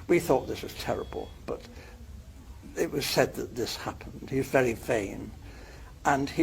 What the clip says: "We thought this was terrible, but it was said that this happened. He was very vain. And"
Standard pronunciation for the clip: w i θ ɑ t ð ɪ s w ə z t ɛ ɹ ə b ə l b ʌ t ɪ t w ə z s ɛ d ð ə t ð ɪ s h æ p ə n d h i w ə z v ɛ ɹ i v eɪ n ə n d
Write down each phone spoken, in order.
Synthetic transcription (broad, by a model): w i θ ɑ t ð ɪ s w ə z t ɛ ɹ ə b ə l b ʌ t ɪ t w ə z s ɛ d ð ə t ð ɪ s h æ p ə n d h i w ə z v ɛ ɹ i v eɪ n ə n